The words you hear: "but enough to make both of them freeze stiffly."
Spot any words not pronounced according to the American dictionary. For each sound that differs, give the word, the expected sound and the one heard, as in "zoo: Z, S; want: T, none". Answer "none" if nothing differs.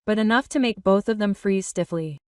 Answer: none